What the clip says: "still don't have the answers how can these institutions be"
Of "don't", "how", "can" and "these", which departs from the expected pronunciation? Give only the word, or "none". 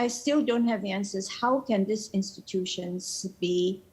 these